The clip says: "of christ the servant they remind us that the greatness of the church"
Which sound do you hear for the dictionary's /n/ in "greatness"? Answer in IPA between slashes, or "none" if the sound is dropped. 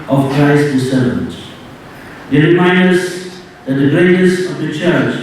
none